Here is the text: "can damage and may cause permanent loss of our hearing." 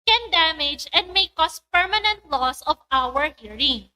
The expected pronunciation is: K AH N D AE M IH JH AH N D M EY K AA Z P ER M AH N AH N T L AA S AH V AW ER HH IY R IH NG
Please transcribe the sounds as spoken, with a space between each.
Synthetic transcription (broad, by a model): K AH N D AE M IH JH AH N D M EY K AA S P ER M AH N AH N T L AA S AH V AW ER HH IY R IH NG